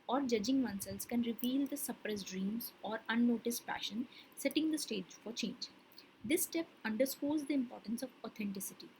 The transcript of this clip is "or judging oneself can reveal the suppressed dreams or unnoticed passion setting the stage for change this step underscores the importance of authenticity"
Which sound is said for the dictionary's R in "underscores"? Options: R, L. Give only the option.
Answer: L